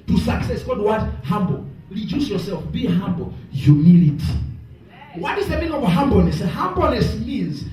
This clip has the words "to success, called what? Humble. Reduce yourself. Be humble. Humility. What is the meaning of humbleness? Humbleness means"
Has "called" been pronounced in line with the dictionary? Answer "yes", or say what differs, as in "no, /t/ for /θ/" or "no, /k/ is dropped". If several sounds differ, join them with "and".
no, /l/ is dropped